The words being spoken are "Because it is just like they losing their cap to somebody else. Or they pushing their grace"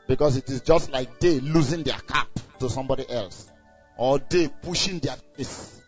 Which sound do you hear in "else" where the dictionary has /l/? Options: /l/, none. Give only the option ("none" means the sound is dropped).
/l/